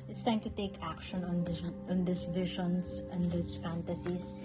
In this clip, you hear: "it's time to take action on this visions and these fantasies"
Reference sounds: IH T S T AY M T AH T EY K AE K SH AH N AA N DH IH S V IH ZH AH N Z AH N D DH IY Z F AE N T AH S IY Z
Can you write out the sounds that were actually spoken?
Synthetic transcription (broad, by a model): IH T S T AY M T AH T EY K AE K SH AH N AA N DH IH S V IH SH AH N S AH N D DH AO S F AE N T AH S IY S